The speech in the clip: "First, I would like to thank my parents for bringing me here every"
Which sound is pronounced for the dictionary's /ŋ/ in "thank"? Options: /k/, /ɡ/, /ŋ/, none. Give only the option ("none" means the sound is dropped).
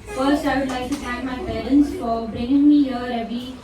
none